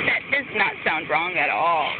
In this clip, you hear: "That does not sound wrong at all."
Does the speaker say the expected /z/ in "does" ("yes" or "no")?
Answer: no